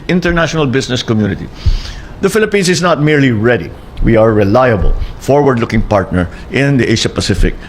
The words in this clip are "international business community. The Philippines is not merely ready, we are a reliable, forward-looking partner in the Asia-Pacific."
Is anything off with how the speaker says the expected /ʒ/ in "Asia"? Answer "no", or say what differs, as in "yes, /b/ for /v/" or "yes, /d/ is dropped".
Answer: yes, /ʃ/ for /ʒ/